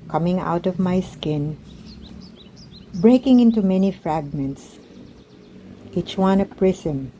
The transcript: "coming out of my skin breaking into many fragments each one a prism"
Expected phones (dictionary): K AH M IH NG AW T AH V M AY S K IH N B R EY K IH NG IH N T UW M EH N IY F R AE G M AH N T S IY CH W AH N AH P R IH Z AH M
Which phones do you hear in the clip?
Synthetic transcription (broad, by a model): K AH M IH NG AW T AH V M AY S K IH N B R EY K IH NG IH N T UW M EH N IY F R AE G M AH N T S IY CH W AH N AH P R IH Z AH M